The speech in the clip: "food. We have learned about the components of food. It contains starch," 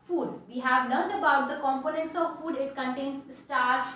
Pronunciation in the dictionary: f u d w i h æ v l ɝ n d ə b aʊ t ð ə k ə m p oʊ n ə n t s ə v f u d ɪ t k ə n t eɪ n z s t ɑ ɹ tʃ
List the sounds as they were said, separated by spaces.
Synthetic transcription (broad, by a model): f u d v i h æ v n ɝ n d ə b aʊ t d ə k ə m p oʊ n ə n t s ə v f u d ɪ t k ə n t eɪ n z s t ɑ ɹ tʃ